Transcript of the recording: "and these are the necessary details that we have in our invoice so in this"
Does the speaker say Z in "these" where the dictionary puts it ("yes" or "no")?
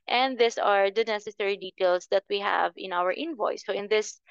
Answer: no